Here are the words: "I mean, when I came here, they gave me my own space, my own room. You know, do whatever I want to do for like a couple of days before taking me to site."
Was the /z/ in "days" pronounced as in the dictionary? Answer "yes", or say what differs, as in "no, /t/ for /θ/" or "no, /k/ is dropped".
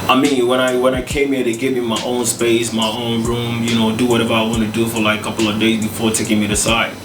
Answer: yes